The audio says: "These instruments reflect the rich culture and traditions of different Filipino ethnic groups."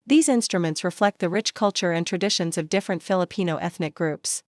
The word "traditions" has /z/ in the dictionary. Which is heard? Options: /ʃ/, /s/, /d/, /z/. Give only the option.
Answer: /z/